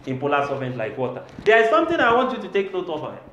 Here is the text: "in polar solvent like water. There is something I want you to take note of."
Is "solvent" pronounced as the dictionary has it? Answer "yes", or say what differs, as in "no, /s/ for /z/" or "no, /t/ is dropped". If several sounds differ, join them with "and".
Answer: no, /l/ is dropped